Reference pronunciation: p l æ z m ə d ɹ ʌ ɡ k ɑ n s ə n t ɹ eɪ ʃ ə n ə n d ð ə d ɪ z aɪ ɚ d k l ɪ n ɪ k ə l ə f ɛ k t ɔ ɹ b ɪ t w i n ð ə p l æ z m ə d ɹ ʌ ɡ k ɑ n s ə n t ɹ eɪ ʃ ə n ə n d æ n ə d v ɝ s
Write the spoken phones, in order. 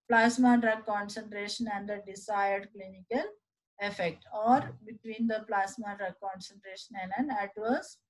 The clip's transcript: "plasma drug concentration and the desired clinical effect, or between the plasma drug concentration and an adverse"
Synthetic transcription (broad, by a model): p l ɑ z m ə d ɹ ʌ k ɑ n s ə n t ɹ eɪ ʃ ə n ə n d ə d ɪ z aɪ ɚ d k l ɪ n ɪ k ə l ə f ɛ k t ɔ ɹ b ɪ t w i n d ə p l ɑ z m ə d ɹ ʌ k ɑ n s ə n t ɹ eɪ ʃ ə n ə n d æ n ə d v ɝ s